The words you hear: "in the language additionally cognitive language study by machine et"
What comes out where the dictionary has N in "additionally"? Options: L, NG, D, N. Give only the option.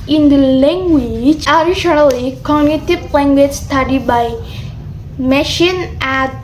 L